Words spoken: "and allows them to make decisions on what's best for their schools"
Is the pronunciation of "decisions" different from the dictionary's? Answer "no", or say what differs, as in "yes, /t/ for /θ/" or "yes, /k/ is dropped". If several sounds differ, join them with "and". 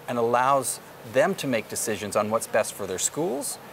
no